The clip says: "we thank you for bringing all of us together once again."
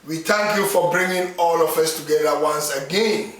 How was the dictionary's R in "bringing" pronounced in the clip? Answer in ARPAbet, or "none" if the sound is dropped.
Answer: R